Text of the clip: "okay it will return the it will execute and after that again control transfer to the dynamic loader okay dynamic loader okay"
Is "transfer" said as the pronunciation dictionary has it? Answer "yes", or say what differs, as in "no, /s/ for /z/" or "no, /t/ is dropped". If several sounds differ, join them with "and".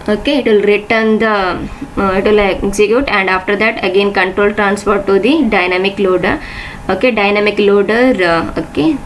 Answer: no, /p/ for /f/